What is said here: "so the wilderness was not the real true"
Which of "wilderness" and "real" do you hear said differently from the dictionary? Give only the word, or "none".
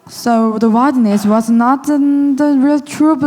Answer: wilderness